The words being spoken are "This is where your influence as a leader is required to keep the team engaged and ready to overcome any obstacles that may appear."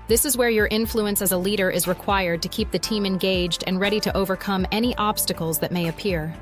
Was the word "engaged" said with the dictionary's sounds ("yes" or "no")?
yes